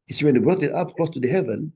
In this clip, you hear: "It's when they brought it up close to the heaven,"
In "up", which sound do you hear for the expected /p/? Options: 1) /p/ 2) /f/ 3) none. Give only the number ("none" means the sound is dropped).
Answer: 1